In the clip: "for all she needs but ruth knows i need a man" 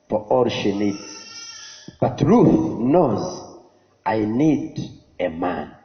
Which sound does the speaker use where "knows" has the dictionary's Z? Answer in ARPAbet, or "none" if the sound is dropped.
Z